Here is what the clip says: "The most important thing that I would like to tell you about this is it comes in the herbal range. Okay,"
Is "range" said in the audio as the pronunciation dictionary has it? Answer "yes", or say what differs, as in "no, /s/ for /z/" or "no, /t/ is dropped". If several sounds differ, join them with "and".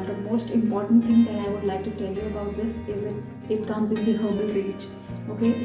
no, /n/ is dropped